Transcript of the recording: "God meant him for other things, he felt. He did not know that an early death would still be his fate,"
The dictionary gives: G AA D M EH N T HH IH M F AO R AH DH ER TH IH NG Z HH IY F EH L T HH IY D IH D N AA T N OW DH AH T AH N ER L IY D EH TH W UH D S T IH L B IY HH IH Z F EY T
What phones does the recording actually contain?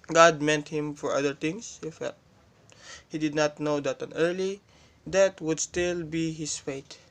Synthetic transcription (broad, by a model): G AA D M EH N T HH IH M F AO R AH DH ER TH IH NG S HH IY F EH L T HH IY D IH D N AA T N OW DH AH T AH N ER L IY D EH T W UH D S T IH L B IY HH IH S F EY T